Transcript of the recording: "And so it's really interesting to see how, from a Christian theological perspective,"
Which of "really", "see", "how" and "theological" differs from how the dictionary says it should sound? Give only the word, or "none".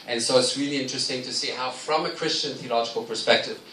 none